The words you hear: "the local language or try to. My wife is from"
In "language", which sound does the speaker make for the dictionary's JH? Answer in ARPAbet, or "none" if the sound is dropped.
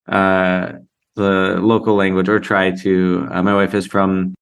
JH